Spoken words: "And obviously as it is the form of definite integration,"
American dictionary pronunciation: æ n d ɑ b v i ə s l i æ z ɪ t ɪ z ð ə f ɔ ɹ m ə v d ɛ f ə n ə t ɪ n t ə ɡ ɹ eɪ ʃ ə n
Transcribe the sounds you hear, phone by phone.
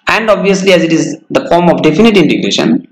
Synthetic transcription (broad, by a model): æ n d ɑ b v i ə s l i æ z ɪ t ɪ z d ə f ɔ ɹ m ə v d ɛ f ə n ə t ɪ n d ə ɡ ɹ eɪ ʃ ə n